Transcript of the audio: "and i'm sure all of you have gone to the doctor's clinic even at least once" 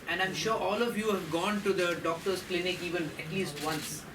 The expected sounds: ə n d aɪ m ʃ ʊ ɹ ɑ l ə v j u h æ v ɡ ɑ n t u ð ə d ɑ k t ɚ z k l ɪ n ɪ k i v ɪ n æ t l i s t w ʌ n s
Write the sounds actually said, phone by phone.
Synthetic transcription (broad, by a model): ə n d aɪ m ʃ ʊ ɹ ɑ l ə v j u h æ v ɡ ɑ n t u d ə d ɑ k t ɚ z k l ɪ n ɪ k i v ɪ n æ t l i s t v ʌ n s